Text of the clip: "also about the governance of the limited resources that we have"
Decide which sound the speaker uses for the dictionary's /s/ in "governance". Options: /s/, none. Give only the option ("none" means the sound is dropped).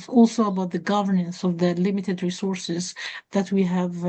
/s/